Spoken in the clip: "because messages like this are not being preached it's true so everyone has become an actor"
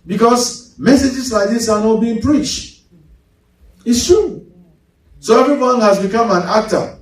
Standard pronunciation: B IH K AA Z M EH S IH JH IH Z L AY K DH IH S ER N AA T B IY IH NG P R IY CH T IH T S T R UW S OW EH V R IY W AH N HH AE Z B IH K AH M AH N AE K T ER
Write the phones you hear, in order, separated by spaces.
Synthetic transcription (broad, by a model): B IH K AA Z M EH S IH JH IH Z L AY K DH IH S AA N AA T B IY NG P R IY CH T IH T S T R UW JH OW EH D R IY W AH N HH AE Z B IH K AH M AH N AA K T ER